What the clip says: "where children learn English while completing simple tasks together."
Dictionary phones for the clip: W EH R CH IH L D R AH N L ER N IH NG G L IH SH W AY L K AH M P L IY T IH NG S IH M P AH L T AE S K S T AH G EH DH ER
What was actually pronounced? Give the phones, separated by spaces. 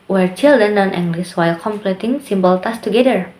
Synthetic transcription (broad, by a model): W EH R CH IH L D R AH N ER N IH NG G L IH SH W AY L K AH M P L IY T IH NG S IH M B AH L T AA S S T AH G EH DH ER